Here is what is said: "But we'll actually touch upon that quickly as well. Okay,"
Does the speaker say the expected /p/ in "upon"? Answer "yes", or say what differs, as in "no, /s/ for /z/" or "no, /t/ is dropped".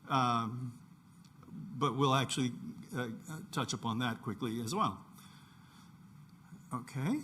yes